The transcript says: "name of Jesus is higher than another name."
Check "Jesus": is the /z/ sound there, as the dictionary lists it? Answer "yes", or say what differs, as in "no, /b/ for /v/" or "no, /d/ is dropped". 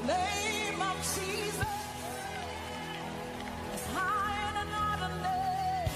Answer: yes